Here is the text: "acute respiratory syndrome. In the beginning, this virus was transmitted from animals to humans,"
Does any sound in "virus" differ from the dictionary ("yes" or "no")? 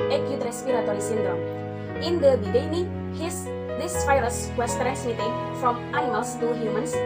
yes